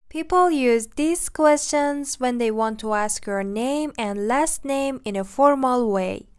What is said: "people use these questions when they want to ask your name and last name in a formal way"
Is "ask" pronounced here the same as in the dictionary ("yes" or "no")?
yes